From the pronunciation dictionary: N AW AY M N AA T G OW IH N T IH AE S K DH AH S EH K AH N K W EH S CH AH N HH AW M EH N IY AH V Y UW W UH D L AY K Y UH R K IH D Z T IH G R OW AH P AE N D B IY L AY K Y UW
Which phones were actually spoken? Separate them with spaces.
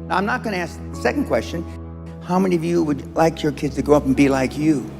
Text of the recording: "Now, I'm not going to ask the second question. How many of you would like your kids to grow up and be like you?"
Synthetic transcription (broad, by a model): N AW AY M N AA T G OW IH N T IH AE S K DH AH S EH K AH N K W EH S CH AH N HH AW M EH N IY AH V Y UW W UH D L AY K Y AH R K IH D Z T IH G OW AH P N B IY L AY K Y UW